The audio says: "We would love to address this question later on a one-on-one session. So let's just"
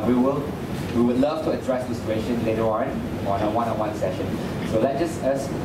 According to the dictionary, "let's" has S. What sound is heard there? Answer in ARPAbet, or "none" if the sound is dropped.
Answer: none